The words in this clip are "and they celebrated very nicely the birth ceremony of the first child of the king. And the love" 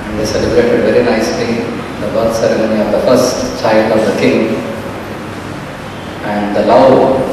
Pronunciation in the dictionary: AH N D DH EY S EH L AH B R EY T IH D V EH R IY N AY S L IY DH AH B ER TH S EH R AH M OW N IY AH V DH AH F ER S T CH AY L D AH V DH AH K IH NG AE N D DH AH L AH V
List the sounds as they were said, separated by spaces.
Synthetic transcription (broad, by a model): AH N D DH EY S EH L AH B R EY T IH D V EH R IY N AY S L IY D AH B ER T S EH R AH M OW N IY AH V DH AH F ER S T CH AY L D AH V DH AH K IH NG AE N D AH L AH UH